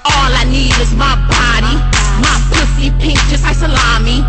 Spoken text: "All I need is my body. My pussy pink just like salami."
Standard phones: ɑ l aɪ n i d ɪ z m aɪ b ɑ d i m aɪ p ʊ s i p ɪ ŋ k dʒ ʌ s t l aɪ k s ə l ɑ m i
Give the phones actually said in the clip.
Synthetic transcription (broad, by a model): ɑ l aɪ n i d ɪ z m aɪ b ɑ d i m aɪ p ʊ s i p ɪ ŋ k tʃ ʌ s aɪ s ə l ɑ m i